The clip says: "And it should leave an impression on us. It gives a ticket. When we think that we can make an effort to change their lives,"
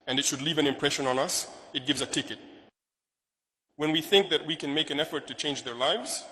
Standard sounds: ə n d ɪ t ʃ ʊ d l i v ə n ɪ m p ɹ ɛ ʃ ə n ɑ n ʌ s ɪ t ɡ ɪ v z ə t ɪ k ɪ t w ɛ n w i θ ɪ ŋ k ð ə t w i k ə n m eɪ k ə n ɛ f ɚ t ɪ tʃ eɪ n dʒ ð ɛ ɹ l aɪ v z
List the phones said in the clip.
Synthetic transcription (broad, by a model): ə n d ɪ t ʃ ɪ d l i v ə n ɪ m p ɹ ɛ ʃ ə n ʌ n ʌ s ɪ t ɡ ɪ v z ə t ɪ k ɪ t w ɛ n w i θ ɪ ŋ k ð ə t w i k ə n m eɪ k ə n ɛ f ɚ t ɪ tʃ eɪ n dʒ ð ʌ ɹ l aɪ v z